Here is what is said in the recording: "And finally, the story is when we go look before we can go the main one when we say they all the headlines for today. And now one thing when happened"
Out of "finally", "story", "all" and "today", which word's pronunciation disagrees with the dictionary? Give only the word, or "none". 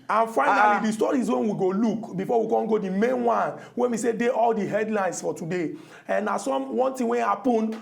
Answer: finally